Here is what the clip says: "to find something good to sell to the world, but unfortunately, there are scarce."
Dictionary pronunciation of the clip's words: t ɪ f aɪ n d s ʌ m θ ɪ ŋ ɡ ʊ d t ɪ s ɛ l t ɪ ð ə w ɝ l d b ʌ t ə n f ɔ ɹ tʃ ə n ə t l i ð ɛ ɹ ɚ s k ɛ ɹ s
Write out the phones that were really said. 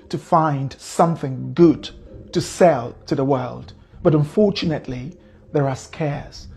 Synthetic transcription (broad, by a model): t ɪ f aɪ n d s ʌ m θ ɪ ŋ ɡ ʊ d t ɪ s ɛ l t ɪ ð ə w ɝ l d b ʌ t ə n f ɔ ɹ tʃ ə n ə t l i ð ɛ ɹ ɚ s k ɛ ɹ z